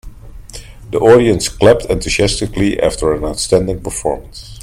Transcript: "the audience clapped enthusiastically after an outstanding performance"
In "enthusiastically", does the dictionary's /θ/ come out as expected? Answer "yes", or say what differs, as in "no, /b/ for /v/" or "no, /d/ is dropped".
no, /t/ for /θ/